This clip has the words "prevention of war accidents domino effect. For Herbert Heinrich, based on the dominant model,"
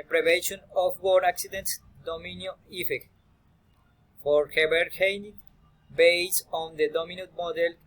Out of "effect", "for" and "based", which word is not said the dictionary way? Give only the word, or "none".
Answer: based